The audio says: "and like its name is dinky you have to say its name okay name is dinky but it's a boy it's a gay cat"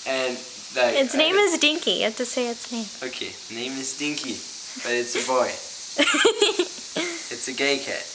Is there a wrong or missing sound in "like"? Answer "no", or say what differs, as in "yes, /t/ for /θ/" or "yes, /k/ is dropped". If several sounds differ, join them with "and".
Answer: yes, /k/ is dropped